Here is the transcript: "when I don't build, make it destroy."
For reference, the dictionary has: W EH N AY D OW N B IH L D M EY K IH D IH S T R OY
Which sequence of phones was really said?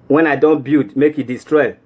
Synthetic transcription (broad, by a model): W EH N AY D OW N B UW D M EY K IH D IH S T R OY